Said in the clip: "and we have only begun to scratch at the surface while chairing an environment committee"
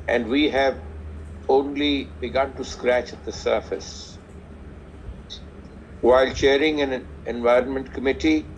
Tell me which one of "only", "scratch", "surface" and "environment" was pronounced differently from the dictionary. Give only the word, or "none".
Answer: none